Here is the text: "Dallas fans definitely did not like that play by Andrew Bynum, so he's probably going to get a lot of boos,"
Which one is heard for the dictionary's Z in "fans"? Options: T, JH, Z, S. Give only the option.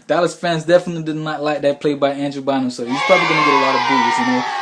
Z